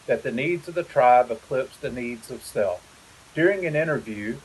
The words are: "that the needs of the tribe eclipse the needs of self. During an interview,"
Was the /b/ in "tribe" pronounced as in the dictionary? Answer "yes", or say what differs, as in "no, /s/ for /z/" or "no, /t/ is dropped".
yes